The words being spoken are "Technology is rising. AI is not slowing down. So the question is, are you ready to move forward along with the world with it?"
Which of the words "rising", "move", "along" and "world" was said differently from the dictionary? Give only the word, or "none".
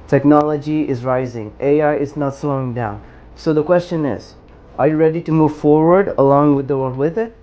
none